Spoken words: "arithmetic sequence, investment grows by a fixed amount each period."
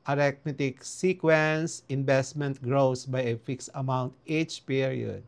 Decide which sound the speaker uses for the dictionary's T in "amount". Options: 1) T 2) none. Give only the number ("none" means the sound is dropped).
1